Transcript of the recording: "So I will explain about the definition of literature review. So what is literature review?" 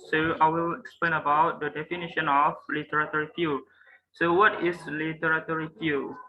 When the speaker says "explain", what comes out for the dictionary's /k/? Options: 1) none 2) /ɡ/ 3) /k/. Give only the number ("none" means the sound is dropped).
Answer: 3